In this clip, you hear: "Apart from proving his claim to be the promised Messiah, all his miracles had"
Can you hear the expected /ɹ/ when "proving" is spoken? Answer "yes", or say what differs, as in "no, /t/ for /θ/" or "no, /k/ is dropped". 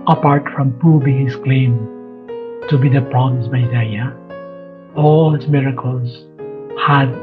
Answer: no, /ɹ/ is dropped